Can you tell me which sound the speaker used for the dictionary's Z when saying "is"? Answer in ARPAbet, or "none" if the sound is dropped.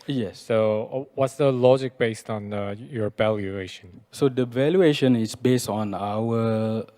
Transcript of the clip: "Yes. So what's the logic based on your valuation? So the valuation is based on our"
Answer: S